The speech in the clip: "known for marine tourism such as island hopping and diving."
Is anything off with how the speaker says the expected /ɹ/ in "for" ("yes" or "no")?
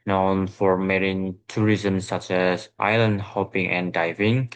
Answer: no